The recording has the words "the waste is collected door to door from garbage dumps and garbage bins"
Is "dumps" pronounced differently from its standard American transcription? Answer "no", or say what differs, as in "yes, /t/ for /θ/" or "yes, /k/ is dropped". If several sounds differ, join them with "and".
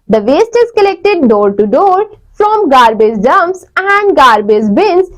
yes, /p/ is dropped